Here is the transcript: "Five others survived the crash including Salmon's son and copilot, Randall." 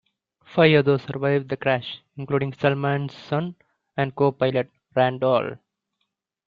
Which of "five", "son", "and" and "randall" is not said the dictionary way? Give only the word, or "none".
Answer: five